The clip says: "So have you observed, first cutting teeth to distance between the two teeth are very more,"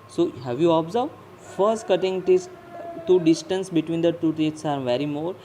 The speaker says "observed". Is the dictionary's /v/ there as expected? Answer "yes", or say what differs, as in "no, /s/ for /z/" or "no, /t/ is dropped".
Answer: no, /v/ is dropped